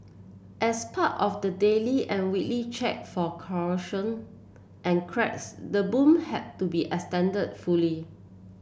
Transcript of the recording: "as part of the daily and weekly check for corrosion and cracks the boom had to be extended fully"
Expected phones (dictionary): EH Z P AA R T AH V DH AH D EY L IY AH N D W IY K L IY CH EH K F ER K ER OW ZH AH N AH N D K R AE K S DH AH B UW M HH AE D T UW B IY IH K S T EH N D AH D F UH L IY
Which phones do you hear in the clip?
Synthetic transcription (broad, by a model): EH S P AA T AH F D AH D EY L IY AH N W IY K L IY CH EH K F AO K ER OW SH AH N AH N K R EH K S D AH B UW M HH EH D T UW B IY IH S T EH N D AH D F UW L IY